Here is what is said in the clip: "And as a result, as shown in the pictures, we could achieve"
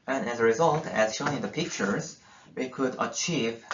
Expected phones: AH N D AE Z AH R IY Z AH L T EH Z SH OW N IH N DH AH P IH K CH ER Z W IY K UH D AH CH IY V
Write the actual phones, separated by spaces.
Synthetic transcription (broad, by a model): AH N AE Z AH R IY Z AH L T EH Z SH OW N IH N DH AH P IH K CH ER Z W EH K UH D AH CH IY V